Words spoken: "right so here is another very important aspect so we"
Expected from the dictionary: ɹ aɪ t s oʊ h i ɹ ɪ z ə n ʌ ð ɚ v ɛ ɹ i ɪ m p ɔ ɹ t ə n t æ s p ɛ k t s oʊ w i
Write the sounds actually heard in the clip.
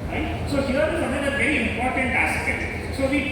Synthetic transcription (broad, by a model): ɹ aɪ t s oʊ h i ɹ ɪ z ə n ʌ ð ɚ v ɛ ɹ i ɪ m p ɔ ɹ t ə n t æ s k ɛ t s oʊ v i